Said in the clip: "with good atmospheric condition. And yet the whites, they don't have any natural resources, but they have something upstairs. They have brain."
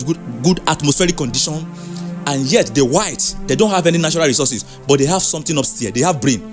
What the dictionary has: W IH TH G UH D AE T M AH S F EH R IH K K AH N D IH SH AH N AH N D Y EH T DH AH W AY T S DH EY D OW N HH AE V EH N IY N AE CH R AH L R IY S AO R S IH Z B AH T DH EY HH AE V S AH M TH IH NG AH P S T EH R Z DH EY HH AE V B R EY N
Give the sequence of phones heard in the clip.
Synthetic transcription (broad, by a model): G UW D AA T M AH S F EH R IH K K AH N D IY SH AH N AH N Y EH T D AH W AY T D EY D OW N HH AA V EH N IY N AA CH R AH L R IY S AO S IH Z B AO T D EY HH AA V S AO M T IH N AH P S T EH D EY HH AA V B R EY N